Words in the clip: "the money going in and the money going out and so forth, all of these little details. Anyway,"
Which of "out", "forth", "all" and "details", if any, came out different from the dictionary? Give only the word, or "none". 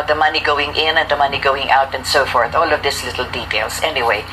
details